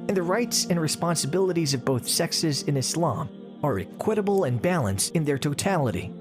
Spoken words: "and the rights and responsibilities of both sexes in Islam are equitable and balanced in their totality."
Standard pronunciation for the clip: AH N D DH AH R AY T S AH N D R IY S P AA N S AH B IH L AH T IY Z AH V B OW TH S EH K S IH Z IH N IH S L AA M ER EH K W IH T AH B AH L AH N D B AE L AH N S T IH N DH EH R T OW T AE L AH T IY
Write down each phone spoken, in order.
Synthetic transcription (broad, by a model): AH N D DH AH R AY T S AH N R IY S P AA N S AH B IH L AH T IY Z AH V B OW TH S EH K S IH Z IH N IH S L AA M ER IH K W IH T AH B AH L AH N B AE L AH N S T IH N DH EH R T OW T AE L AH T IY